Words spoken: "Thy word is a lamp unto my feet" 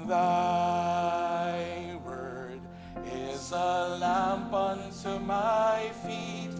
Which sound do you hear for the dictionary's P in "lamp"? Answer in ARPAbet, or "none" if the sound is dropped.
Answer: P